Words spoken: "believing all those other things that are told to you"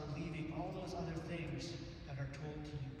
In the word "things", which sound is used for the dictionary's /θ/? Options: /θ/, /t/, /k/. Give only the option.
/θ/